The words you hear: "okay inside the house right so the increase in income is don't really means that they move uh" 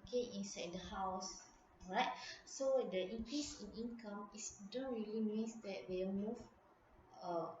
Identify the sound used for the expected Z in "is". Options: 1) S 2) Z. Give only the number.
1